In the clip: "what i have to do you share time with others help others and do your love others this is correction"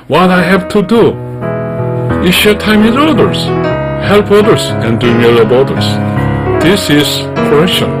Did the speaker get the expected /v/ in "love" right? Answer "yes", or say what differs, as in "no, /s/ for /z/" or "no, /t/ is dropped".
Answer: no, /b/ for /v/